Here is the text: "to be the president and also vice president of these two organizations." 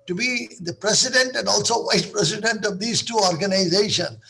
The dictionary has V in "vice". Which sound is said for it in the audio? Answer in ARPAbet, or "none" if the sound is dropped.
V